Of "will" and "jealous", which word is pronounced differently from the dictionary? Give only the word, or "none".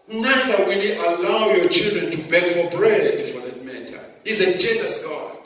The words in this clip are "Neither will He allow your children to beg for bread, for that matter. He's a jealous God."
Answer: jealous